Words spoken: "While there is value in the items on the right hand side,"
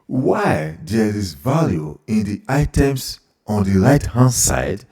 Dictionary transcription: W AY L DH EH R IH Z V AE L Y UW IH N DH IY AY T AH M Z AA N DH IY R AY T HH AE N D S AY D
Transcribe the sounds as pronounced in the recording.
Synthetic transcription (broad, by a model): W AY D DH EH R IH S V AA L Y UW IH N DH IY AY T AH M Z AA N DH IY L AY T HH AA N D S AY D